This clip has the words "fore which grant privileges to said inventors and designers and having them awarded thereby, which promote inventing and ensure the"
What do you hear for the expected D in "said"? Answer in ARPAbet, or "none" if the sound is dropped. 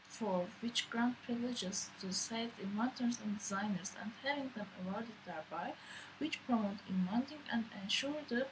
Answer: none